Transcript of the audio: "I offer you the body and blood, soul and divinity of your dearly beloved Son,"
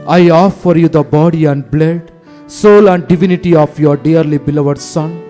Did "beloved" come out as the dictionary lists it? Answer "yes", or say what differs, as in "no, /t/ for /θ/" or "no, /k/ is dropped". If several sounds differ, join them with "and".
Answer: yes